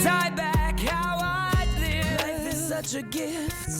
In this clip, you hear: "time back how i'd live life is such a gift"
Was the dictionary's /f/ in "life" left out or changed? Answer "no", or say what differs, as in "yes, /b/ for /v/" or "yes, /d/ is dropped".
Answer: yes, /f/ is dropped